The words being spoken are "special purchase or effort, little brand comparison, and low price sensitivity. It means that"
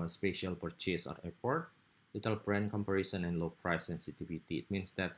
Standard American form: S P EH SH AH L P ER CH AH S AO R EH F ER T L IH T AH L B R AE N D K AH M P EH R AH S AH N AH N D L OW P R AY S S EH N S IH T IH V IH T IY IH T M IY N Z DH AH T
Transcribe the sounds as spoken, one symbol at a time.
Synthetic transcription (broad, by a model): S P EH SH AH L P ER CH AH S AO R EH P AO T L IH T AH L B R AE N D K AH M P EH R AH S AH N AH N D L OW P R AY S S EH N S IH T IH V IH T IY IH T M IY N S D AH T